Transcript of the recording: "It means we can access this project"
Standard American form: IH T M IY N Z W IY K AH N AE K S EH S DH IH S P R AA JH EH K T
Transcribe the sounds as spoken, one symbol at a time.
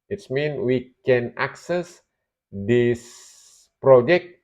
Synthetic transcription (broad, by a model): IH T M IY N W IY K AH N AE K S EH S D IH S P R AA JH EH K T